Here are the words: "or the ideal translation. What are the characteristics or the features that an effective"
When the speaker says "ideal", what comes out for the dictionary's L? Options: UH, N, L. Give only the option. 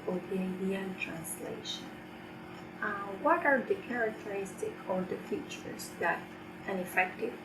N